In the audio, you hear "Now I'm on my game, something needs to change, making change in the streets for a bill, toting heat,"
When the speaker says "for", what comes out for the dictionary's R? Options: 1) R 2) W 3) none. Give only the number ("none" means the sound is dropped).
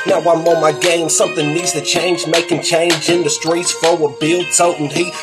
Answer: 2